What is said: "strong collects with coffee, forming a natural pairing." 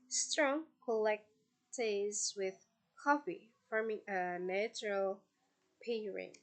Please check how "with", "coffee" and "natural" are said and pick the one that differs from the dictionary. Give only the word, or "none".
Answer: none